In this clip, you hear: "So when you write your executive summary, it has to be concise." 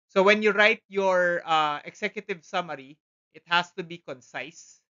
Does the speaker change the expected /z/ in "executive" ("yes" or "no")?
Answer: yes